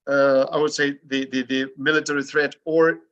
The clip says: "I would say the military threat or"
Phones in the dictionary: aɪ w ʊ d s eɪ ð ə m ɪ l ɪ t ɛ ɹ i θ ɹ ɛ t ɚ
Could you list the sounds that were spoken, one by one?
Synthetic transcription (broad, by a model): aɪ w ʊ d s eɪ ð ə m ɪ l ɪ t ɛ ɹ i θ ɹ ɛ t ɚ